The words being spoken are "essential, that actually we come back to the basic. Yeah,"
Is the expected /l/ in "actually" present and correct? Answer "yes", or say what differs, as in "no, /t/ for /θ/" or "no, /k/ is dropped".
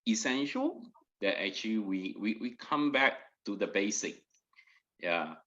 no, /w/ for /l/